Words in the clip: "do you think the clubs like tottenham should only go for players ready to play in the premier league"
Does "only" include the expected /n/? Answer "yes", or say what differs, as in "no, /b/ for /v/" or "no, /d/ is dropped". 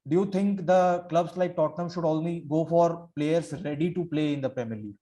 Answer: no, /l/ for /n/